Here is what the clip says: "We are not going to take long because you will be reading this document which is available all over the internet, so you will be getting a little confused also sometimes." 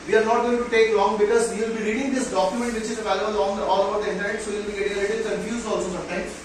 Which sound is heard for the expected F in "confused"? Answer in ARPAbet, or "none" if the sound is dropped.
none